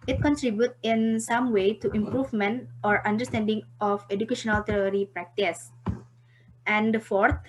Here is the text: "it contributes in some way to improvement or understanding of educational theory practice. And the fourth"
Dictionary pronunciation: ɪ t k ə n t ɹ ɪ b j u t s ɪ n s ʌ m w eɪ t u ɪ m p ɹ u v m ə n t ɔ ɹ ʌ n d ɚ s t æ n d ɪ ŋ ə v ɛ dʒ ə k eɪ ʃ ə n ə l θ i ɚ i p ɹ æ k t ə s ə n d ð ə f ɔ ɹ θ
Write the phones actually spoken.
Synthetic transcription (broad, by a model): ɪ t k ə n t ɹ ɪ b j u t ɪ n s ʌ m w eɪ t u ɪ m p ɹ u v m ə n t ɔ ɹ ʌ n d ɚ s t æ n d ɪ ŋ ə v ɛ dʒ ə k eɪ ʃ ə n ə l t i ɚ i p ɹ æ k t ə s ə n d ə f ɔ ɹ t